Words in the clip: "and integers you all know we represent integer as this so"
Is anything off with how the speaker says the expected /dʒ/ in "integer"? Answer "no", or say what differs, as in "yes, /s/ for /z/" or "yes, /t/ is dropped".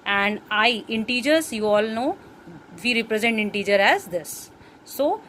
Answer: no